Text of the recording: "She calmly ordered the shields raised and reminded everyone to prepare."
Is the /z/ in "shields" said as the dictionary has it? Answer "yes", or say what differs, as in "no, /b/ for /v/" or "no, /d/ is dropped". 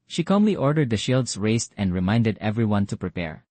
no, /s/ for /z/